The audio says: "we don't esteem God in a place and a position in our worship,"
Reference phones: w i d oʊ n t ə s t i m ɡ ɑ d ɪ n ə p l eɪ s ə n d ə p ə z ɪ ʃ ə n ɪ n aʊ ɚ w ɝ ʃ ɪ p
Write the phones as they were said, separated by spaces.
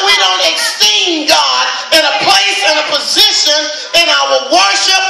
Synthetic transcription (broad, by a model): w i d oʊ n t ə s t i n ɡ ɑ d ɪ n ə p l eɪ s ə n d ə p ə z ɪ ʃ ə n ɪ n aʊ ɚ w ɝ ʃ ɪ p